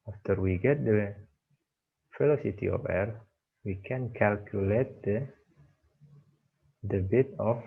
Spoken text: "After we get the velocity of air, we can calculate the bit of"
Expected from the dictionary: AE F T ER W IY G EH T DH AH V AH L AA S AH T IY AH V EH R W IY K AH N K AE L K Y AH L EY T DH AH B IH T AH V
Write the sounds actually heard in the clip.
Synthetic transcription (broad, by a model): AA F T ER W IY G EH T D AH F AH L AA S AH T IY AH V EH R W IY K AH N K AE L K Y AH L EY T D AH B IH T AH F